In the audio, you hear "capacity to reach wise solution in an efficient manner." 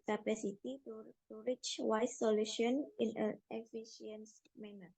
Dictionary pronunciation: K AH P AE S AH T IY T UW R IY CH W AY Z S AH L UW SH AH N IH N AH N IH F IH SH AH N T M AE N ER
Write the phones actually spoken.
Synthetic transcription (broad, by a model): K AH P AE S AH T IY T UW R IY CH W AY S AH L UW SH AH N IH N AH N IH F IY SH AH N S M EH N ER